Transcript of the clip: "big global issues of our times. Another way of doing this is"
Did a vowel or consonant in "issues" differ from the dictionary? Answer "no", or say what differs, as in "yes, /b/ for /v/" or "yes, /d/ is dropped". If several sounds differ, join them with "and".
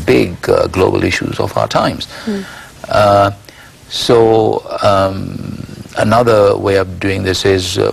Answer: no